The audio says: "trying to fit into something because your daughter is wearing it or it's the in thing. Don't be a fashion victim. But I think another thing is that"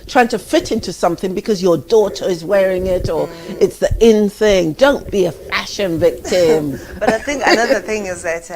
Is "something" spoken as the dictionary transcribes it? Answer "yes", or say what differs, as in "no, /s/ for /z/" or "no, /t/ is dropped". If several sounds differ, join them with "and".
yes